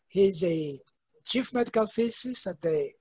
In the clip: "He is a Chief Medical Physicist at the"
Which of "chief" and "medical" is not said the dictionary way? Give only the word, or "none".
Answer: none